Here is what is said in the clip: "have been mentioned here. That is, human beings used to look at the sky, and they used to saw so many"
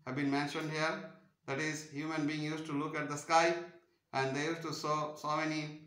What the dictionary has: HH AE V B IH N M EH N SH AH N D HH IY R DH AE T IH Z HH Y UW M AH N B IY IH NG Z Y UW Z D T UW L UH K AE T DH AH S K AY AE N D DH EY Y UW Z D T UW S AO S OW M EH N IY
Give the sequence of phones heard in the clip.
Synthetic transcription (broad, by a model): HH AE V B IH N M EH N SH AH N D HH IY R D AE T IH Z HH Y UW M AH N B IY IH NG Y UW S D T UW L UH K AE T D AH S K AY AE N D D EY Y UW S T UW S AO S OW M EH N IY